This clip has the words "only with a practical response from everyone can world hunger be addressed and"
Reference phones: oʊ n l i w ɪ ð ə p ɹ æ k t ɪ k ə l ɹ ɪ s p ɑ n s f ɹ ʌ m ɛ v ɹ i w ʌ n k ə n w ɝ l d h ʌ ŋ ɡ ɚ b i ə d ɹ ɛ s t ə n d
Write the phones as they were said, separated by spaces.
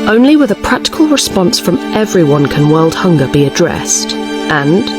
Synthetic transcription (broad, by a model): oʊ n l i w ɪ ð ə p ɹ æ k t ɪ k ə l ɹ ɪ s p ɑ n s f ɹ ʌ m ɛ v ɹ i w ʌ n k ə n w ɝ l d h ʌ ŋ ɡ ɚ b i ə d ɹ ɛ s t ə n